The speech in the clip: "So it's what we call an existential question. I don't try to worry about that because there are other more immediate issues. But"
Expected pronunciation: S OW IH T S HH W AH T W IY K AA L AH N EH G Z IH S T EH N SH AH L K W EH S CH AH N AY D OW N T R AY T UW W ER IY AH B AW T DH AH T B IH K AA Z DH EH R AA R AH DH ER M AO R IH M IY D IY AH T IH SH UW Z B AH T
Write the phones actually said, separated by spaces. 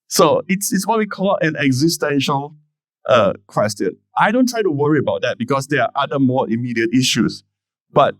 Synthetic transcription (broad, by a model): S OW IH T S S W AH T W IY K AA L AH N EH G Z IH S T EH N SH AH L K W EH S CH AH N AY D OW N T R AY T UW W ER IY AH B AW T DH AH T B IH K AA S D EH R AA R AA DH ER M AO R IH M IY D IY AH T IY SH UW S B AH T